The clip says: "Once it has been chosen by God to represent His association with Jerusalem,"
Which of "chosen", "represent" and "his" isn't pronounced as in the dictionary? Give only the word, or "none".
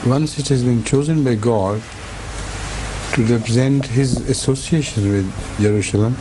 none